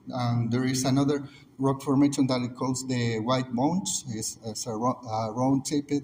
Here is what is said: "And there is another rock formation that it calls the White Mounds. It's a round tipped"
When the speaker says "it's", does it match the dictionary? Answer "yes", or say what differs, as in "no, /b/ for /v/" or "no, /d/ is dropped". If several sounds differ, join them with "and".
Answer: no, /s/ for /t/